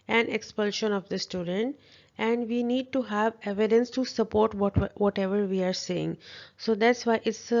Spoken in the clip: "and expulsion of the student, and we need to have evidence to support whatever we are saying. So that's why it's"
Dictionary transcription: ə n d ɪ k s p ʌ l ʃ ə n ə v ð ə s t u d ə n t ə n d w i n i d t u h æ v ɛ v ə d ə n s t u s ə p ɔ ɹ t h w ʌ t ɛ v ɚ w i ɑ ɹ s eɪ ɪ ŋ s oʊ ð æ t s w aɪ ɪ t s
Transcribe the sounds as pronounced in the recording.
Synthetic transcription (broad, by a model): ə n ɪ k s p ʌ l ʃ ə n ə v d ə s t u d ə n t ə n d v i n i d t u h æ v ɛ v ə d ə n s t u s ə p ɔ ɹ t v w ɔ t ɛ v ɚ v i ɑ ɹ s eɪ ɪ ŋ s oʊ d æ t s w aɪ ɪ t s